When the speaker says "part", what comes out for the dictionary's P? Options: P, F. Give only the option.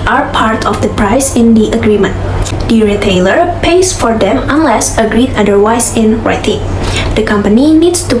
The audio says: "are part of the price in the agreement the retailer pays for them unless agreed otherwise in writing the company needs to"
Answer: P